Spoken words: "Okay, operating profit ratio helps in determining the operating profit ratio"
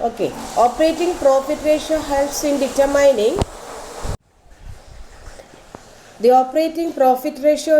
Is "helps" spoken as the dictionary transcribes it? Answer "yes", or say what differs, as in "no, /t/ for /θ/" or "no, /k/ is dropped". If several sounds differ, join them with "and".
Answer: no, /p/ is dropped